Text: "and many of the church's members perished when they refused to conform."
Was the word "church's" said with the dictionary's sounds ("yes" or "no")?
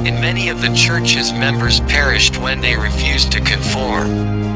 yes